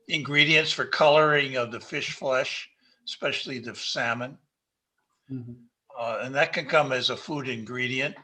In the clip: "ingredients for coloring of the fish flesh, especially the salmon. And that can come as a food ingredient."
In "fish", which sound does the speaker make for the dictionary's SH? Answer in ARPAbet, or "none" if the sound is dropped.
SH